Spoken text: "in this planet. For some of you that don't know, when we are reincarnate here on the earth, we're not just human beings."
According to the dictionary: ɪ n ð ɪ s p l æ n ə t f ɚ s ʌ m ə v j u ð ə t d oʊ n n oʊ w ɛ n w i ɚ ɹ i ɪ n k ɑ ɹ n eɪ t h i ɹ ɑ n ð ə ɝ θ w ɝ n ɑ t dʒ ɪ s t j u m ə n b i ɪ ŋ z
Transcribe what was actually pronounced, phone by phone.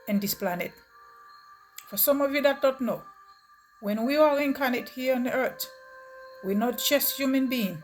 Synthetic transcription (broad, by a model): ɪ n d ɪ s p l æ n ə t f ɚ s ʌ m ə v j u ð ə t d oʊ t n oʊ w ɛ n w i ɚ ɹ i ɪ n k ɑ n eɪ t h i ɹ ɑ n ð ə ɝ t w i n ɑ t tʃ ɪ s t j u m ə n b i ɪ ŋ